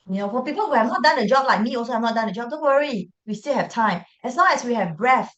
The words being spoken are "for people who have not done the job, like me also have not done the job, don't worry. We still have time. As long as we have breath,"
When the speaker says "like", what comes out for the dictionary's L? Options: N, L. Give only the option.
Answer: L